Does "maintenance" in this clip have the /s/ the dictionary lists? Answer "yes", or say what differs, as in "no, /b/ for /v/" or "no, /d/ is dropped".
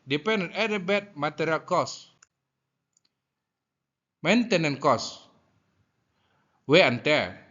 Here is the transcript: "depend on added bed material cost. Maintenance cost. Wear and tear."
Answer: no, /s/ is dropped